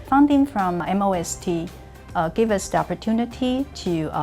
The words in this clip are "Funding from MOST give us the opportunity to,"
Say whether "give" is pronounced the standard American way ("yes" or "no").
yes